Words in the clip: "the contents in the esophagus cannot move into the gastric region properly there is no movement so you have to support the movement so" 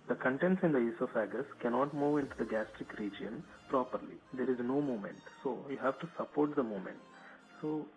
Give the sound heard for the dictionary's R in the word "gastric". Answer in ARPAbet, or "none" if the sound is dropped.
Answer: R